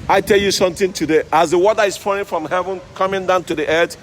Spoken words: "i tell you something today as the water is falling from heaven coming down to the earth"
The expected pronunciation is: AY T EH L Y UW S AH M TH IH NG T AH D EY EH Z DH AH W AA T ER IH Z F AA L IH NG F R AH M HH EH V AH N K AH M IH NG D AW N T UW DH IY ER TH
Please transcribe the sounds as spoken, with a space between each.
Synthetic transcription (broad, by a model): AY T EH L Y UW S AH M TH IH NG T AH D EY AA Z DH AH W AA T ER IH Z F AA IH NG F R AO M HH EH V AH N K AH M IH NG D AW N T UW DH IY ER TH